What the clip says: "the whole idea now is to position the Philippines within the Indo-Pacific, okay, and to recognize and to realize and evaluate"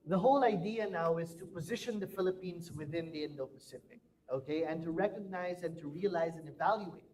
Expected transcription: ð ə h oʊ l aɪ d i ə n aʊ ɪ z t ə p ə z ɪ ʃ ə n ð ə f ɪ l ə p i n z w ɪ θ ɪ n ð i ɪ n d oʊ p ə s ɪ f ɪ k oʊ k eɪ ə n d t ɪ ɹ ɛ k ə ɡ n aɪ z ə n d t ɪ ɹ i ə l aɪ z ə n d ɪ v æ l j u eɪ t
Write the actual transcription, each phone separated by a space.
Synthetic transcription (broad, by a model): ð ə h oʊ l aɪ d i ə n aʊ ɪ z t ə p ə z ɪ ʃ ə n ð ə f ɪ l ə p i n z w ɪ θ ɪ n ð i ɪ n d oʊ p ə s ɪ p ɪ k oʊ k eɪ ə n t ɪ ɹ ɛ k ə ɡ n aɪ z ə n t ɪ ɹ i ə l aɪ z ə n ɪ v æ l j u eɪ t